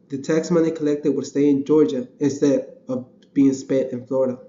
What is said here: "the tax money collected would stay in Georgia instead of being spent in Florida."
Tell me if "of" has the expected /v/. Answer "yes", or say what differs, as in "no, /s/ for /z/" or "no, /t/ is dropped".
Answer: yes